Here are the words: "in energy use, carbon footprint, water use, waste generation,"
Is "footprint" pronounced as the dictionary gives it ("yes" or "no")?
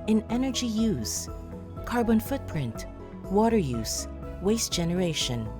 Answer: yes